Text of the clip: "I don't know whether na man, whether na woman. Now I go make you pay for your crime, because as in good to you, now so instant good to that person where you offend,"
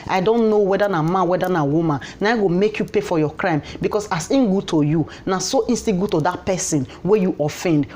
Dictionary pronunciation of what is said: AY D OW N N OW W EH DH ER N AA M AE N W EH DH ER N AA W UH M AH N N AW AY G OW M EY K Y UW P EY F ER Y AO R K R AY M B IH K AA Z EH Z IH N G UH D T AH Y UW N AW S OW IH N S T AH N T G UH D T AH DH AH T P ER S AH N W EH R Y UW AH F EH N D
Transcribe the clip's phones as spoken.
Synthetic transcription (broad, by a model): AY D OW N N OW W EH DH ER N AA M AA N W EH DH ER N AA W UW M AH N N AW AY G OW M EY K Y UW P EY F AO Y AO K R AY M B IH K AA S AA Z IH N G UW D T AH Y UW N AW S OW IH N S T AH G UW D T AH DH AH T P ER S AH N W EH Y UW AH F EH N D